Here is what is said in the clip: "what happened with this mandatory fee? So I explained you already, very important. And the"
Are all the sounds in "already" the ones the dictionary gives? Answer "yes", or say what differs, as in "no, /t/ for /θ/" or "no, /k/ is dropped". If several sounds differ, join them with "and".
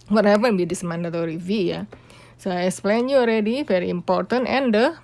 yes